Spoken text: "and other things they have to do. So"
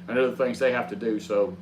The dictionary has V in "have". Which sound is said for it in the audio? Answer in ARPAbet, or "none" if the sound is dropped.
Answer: F